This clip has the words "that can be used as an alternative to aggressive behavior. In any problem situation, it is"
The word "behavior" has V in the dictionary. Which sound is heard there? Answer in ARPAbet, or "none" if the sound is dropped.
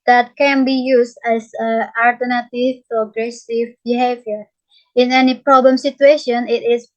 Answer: V